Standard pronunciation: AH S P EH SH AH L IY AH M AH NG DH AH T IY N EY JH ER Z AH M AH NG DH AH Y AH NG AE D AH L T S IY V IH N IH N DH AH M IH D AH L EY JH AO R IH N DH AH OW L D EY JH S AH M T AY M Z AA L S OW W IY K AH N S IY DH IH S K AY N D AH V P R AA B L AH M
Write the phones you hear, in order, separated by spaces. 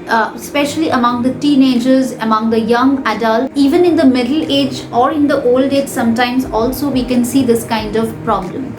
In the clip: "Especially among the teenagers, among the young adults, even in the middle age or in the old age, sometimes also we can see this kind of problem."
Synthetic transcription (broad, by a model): S P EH SH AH L IY AH M AH NG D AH T IY N EY JH ER Z AH M AH NG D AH Y AH NG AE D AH L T IY V IH N IH N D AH M IH D AH L EY JH AO R IH N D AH OW L D EY JH S AH M T AY M Z AA L S OW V IY K AH N S IY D IH S K AY N D AH V P R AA B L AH M